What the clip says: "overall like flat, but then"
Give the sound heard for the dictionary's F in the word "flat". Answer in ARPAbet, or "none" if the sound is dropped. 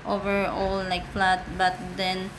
P